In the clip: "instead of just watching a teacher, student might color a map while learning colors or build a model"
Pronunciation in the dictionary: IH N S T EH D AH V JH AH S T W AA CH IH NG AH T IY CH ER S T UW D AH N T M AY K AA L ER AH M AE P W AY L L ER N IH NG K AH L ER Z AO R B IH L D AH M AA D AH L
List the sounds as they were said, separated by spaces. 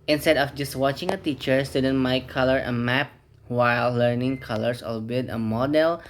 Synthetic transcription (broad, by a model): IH N S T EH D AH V JH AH S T W AA CH IH NG AH T IY CH ER S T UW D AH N M AY K AA L ER AH M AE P W AY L L ER N IH NG K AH L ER S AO L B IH D AH M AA D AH L